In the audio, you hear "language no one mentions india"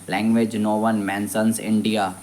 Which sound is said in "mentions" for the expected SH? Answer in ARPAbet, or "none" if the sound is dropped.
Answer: S